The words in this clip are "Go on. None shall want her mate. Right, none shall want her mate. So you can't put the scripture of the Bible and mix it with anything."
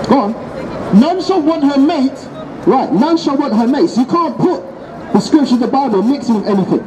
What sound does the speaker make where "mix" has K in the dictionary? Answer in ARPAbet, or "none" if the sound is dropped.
K